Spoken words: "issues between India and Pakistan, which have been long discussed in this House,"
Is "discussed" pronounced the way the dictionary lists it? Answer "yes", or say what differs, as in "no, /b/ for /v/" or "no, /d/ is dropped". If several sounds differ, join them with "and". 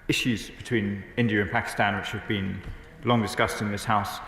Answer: yes